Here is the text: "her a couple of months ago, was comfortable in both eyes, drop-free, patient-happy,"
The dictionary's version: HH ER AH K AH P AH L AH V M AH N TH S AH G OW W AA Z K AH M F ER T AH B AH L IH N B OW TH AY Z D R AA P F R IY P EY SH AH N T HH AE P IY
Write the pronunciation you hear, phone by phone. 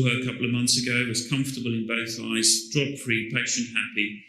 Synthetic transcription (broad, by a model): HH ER AH K AH P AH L AH V M AH N TH S AH G OW W AA Z K AH M F T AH B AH L IH N B OW TH AY Z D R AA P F R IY P EY SH AH N T HH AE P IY